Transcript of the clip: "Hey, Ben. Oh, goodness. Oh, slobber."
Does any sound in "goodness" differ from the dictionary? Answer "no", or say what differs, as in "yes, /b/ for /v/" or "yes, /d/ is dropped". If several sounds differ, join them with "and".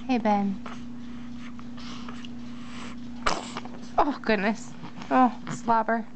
no